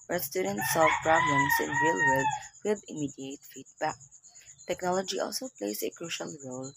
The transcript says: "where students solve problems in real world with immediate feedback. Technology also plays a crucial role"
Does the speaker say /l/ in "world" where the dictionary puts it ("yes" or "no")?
no